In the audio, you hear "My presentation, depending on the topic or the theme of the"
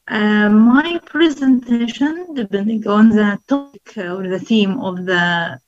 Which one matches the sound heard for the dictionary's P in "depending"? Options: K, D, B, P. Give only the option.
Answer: B